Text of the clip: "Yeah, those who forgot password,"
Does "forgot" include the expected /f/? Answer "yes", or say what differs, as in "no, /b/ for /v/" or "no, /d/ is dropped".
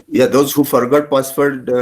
yes